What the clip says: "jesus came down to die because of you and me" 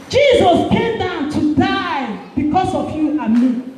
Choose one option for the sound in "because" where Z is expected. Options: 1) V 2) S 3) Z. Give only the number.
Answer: 2